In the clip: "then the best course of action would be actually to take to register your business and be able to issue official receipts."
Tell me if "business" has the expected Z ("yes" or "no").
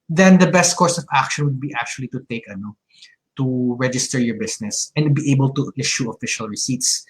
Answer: no